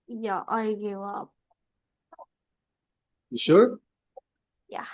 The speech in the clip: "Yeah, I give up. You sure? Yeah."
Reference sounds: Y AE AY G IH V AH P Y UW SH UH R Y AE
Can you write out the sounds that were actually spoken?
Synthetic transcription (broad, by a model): Y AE AY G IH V AH P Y SH UH R Y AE